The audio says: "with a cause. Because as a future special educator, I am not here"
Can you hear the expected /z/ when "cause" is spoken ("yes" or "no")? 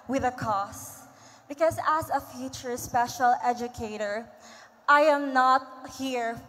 no